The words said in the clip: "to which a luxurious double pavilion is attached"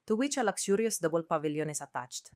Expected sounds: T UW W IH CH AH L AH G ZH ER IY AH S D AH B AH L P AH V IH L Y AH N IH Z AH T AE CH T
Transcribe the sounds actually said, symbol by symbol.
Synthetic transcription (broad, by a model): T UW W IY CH AH L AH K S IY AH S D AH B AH L P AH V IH L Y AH N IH S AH T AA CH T